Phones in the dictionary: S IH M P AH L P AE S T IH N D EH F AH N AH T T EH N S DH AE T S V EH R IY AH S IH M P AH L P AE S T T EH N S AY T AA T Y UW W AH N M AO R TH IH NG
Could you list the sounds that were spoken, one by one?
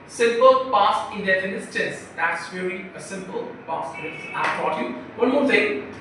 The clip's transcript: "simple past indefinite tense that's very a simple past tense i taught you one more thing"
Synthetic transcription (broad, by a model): S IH M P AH L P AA S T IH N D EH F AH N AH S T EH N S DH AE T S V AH L IY AH S IH M P AH L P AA S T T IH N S AY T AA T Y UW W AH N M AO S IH